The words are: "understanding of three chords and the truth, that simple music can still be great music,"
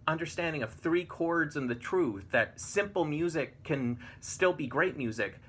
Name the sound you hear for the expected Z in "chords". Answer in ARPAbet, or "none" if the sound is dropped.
Z